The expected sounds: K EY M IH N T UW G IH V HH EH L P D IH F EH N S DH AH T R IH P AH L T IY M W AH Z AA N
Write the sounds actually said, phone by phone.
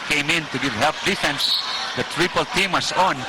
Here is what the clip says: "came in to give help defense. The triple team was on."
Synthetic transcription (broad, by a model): K EY M IH N T UW G IH V HH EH L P D IH F EH N S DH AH T R IH P AH L T IY M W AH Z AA N